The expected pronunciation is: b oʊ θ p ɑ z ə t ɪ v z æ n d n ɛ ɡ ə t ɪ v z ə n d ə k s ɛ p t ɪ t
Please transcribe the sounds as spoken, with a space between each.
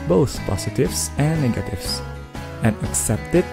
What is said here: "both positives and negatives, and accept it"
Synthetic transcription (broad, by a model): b oʊ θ p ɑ s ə t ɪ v s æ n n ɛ ɡ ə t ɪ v s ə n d ə k s ɛ p t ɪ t